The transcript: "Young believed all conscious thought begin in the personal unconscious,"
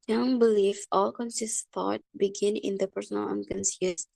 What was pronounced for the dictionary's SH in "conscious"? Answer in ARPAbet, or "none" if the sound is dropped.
S